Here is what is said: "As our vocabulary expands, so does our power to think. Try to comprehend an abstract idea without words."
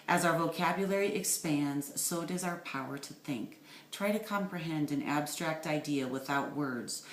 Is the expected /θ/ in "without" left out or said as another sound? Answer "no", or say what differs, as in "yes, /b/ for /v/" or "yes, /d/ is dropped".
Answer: no